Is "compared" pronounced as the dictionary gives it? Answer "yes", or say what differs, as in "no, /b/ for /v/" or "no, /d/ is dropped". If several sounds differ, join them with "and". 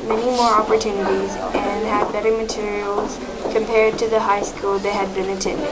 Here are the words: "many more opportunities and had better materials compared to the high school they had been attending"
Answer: yes